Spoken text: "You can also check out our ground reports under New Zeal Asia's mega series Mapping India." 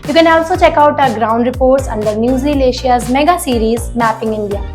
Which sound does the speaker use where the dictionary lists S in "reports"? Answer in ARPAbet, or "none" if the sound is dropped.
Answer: S